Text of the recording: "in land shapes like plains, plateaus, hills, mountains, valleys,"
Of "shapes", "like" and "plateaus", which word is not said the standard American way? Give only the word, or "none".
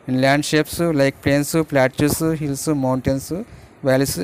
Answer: plateaus